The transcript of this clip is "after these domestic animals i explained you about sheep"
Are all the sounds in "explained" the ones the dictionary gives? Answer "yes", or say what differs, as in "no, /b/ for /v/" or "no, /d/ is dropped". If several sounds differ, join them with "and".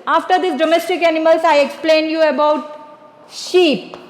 yes